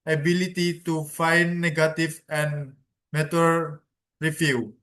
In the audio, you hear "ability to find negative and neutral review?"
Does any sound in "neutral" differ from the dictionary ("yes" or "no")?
yes